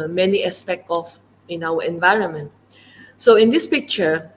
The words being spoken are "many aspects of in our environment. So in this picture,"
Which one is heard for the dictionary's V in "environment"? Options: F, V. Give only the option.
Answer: V